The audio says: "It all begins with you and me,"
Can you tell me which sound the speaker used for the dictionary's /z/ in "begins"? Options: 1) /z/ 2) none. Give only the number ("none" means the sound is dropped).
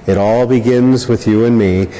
1